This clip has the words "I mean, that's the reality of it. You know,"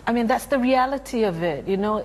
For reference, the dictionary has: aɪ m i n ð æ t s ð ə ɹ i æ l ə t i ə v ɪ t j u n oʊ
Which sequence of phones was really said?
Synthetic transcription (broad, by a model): aɪ m i n ð æ t s ð ə ɹ i æ l ə t i ə v ɪ t j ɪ n oʊ